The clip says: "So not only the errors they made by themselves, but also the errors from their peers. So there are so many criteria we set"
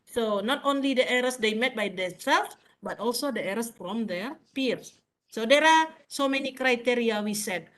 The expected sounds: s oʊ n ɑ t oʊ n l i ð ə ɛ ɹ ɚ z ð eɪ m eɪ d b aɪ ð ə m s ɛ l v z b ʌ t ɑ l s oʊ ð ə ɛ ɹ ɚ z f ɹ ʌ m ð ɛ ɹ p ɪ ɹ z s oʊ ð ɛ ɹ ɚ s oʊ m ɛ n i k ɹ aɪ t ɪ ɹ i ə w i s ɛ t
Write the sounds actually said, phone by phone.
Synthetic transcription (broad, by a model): s oʊ n ɑ t oʊ n l i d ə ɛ ɹ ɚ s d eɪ m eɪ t b aɪ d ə s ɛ l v b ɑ t ɑ l s oʊ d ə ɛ ɹ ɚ s f ɹ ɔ m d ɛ ɹ p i ɹ s oʊ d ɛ ɹ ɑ s oʊ m ɛ n i k ɹ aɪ t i ɹ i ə w i s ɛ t